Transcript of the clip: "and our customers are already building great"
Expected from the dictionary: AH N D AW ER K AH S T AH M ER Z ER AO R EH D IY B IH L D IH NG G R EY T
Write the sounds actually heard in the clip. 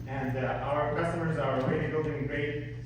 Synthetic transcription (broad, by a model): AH N D AW ER K AH S T AH M ER Z ER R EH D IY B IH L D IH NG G R EY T